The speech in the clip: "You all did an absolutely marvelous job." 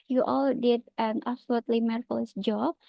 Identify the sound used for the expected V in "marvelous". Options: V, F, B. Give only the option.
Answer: F